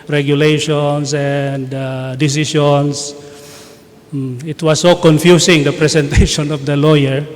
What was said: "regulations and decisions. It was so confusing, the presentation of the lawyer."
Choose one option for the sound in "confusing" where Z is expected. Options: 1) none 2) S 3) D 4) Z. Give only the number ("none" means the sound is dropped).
2